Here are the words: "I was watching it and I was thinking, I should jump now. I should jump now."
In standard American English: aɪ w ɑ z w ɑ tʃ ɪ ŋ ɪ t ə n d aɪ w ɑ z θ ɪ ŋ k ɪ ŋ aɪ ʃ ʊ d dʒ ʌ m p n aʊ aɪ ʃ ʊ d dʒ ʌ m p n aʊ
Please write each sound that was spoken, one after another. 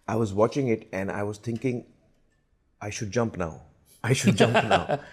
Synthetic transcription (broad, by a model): aɪ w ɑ z w ɑ tʃ ɪ ŋ ɪ t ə n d aɪ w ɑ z t ɪ ŋ k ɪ ŋ aɪ ʃ ʊ d dʒ ʌ m p n aʊ aɪ ʃ ʊ d dʒ ʌ m p n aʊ